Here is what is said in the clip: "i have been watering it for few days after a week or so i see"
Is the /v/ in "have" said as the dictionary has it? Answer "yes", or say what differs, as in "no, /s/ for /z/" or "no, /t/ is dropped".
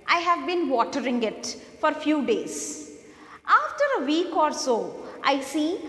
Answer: yes